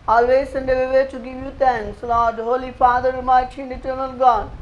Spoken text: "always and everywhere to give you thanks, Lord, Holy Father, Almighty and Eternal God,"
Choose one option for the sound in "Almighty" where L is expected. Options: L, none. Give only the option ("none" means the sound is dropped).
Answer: none